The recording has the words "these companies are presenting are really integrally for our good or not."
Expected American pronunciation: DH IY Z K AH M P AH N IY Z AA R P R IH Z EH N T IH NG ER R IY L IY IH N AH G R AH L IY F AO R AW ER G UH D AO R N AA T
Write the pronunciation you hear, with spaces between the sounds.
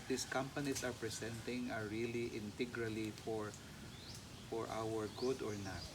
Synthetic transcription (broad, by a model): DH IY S K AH M P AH N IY S AA R P R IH S EH N T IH NG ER R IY L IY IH N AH G R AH L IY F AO R AW ER G UH D AO R N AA T